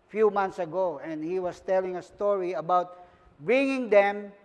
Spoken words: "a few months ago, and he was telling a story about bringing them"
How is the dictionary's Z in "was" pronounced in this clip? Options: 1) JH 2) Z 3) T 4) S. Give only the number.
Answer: 4